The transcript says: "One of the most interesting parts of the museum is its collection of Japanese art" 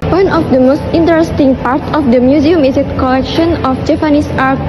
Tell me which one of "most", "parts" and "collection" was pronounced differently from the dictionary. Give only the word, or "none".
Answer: parts